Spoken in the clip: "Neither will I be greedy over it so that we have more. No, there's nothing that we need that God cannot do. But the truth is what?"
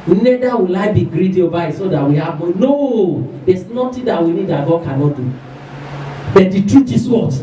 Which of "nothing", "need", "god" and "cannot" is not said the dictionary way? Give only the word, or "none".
nothing